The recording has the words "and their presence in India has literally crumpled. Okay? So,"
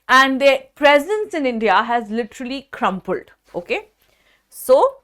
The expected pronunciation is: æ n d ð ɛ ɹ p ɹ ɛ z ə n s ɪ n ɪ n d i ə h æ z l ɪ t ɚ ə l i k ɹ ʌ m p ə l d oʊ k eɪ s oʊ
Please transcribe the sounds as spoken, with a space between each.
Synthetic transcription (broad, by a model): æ n d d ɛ p ɹ ɛ z ə n s ɪ n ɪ n d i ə h æ z l ɪ t ɚ ə l i k ɹ ʌ m p ə l d oʊ k eɪ s oʊ